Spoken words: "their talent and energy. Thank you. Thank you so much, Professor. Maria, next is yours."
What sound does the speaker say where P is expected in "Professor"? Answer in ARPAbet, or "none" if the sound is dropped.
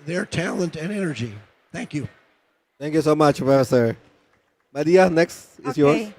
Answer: F